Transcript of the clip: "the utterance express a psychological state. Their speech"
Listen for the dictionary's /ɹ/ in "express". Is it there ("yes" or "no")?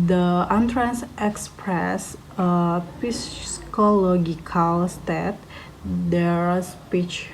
yes